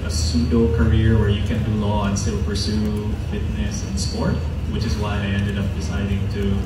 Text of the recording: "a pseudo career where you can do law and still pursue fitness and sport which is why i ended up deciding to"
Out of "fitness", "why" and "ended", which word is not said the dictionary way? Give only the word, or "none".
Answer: none